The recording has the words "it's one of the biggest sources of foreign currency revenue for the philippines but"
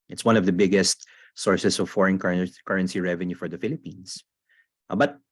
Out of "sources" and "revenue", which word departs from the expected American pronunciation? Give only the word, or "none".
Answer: sources